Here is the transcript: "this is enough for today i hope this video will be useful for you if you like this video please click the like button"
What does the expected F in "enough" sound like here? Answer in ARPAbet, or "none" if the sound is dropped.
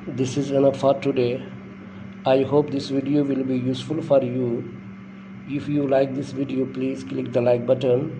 P